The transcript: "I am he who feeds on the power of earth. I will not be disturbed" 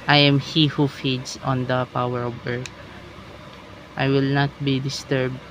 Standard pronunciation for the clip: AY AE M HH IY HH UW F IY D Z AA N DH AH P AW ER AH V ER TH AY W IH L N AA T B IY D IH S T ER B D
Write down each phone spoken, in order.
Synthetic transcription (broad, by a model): AY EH M HH IY HH UW F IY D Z AA N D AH P AW ER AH B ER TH AY W IH L N AA T B IY D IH S T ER B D